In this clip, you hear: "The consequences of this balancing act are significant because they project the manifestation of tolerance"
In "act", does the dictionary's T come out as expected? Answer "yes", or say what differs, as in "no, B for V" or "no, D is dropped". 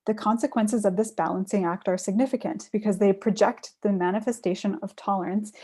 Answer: yes